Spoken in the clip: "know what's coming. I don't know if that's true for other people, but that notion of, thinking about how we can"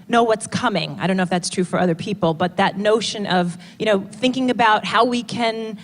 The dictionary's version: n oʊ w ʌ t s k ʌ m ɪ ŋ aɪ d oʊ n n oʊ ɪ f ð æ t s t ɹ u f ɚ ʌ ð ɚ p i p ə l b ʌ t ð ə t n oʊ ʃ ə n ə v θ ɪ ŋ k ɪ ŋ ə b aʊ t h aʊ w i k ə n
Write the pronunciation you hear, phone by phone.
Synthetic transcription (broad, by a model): n oʊ w ʌ t s k ʌ m ɪ ŋ aɪ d oʊ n n oʊ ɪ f ð æ t s t ɹ u f ɚ ʌ ð ɚ p i p l b ʌ t ð ə t n oʊ ʃ ə n ə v θ ɪ ŋ k ɪ ŋ ə b aʊ t h aʊ w i k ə n